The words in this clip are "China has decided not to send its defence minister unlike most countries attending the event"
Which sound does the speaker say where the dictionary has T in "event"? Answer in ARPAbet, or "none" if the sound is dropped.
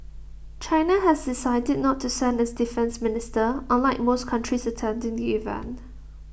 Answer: none